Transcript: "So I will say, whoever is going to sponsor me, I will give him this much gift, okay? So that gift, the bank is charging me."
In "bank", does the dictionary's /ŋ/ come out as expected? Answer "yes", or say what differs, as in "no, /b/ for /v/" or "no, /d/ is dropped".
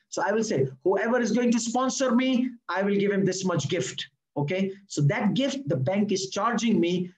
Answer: yes